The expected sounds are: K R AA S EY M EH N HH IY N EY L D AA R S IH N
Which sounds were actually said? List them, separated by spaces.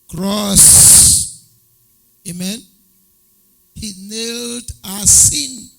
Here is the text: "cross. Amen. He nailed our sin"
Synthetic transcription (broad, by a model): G R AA S EY M EH N HH IY N EY L D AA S S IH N